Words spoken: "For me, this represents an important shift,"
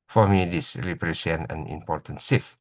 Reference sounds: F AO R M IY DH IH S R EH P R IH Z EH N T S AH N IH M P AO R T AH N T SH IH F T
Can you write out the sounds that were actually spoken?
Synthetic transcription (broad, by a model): F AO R M IY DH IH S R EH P R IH S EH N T AH N IH M P AO R T AH N T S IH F